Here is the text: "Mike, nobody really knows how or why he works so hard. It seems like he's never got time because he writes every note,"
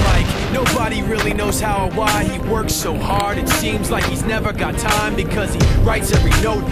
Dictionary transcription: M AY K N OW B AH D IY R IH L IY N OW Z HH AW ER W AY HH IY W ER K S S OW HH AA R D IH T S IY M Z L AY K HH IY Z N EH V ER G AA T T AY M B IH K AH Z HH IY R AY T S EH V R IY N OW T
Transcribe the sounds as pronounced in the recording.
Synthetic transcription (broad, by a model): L AY K N OW B AH D IY R IH L IY N OW Z HH AW ER W AY IY W ER K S S OW HH AA R D IH T S IY M Z L AY K HH IY Z N EH V ER G AA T T AY M B IH K AH Z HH IY R AY T S EH V R IY N OW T